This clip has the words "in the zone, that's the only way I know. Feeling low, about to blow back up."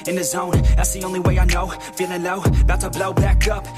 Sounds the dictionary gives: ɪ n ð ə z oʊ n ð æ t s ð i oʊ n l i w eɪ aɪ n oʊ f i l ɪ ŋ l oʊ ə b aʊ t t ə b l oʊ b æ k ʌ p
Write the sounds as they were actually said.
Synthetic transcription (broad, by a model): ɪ n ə z oʊ n ð æ t s ð i oʊ n l i w eɪ aɪ n oʊ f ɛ n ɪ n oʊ ə b aʊ t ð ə b l oʊ b æ k ʌ p